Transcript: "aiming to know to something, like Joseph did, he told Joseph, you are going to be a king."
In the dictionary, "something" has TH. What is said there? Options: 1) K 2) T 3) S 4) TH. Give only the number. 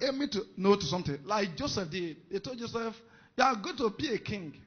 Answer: 2